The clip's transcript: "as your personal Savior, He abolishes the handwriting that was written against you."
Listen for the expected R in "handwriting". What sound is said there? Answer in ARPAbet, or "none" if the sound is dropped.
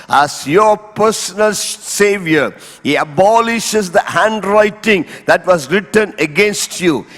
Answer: R